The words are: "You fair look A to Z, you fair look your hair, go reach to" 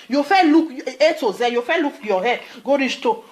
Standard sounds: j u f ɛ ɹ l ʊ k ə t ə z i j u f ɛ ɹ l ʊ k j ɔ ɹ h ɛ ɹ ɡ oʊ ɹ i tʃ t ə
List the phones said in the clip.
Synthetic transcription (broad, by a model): j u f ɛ l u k ə t ə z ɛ j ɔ f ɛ l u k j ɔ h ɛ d ɡ oʊ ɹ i s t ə